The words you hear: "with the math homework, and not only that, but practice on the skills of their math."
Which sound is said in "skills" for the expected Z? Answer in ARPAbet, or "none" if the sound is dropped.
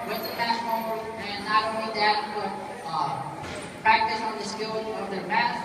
none